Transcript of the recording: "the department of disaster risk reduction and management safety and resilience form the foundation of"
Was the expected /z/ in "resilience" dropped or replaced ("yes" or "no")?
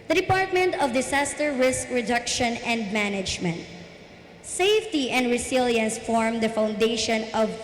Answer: yes